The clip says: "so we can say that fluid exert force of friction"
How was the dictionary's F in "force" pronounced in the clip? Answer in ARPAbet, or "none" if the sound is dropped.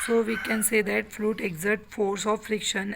F